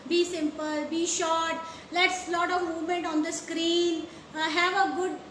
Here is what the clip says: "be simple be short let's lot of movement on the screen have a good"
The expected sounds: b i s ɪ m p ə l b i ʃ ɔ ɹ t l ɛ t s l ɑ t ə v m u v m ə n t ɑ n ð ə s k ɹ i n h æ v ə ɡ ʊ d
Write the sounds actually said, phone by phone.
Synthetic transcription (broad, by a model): b i s ɪ m p ə l b i ʃ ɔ t l ɛ t s l ɑ t ə v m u m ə n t ɑ n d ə s k ɹ i n h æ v ə ɡ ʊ d